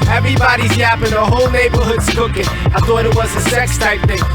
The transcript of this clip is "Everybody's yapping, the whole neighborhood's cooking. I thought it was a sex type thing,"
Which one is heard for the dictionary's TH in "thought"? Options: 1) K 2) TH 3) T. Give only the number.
2